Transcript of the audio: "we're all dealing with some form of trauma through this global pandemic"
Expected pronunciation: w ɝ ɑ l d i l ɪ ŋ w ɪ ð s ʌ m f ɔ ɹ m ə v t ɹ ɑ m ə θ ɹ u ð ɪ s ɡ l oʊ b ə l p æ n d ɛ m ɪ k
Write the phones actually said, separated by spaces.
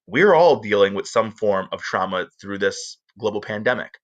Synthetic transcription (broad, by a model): w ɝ ɑ l d i l ɪ ŋ w ɪ ð s ʌ m f ɔ ɹ m ə v t ɹ ɑ m ə θ ɹ u ð ɪ s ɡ l oʊ b l p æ n d ɛ m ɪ k